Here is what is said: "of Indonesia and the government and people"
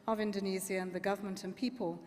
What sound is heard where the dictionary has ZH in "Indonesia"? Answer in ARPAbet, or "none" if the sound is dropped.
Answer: Z